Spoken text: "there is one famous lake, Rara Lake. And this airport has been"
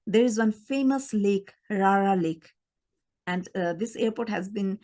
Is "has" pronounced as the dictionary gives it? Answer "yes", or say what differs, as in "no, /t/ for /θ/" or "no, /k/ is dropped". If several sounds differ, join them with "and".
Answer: yes